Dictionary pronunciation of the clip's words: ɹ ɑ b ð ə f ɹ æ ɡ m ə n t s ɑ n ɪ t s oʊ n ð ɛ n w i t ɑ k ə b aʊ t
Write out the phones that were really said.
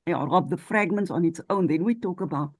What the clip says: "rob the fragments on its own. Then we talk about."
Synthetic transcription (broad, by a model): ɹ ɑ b ð ə f ɹ æ ɡ m ə n t s ɑ n ɪ t s oʊ n ð ɛ n w i t ɑ k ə b aʊ t